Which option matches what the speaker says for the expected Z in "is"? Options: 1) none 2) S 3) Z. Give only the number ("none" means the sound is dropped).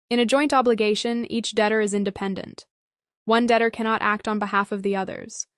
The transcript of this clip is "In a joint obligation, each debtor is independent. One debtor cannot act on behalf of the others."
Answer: 3